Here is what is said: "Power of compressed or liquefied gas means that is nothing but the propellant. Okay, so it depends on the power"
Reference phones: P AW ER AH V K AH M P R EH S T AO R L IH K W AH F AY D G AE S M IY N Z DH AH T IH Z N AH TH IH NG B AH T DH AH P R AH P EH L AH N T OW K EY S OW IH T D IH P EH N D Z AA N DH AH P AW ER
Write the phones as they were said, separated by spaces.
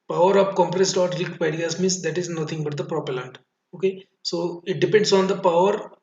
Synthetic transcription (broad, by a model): P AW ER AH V K AH M P R EH S T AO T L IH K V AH IH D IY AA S M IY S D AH T IH Z N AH T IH NG B AH T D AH P R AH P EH L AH N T OW K EY S OW IH T D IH P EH N D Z AA N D AH P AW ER